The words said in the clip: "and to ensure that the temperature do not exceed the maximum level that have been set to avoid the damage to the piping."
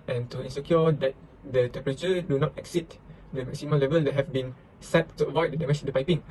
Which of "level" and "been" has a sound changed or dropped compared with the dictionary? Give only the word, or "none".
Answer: none